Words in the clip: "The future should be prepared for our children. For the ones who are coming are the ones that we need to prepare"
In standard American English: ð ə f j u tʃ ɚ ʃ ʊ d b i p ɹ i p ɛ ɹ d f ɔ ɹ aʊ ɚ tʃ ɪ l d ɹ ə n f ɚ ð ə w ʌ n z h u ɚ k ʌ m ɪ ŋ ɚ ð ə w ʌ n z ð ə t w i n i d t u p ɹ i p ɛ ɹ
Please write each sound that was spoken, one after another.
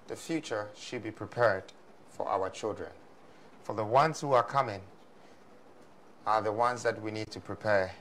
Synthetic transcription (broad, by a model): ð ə f j u tʃ ɚ ʃ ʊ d b i p ɹ i p ɛ ɹ d f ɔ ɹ aʊ ɚ tʃ ɪ l d ɹ ə n f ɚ ð ə w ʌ n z h u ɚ k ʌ m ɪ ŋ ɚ ð ə w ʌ n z ð ə t w i n i d t u p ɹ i p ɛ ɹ